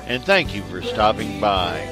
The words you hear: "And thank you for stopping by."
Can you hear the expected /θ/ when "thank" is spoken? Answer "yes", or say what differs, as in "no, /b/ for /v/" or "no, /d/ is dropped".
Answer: yes